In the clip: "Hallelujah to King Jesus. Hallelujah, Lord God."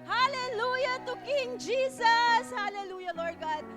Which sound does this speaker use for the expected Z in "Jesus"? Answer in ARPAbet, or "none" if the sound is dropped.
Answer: S